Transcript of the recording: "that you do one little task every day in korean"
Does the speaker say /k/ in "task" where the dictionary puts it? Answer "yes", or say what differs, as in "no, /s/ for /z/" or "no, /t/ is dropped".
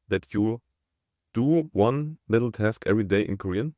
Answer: yes